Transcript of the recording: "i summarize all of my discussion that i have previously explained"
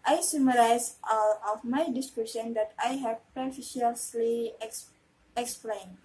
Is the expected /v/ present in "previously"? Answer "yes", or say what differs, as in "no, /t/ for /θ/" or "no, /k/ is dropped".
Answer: no, /f/ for /v/